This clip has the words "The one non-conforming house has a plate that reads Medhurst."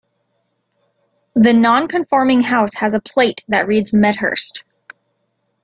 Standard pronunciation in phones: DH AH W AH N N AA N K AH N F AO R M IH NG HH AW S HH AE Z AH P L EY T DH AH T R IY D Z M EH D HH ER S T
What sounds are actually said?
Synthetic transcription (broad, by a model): DH AH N N AA N K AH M F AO R M IH NG HH AW S HH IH Z AH P L EY T DH AH T R IY D Z M EH D HH ER S T